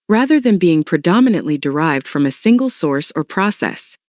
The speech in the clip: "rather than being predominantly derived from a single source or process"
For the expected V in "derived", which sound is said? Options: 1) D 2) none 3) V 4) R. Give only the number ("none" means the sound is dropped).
3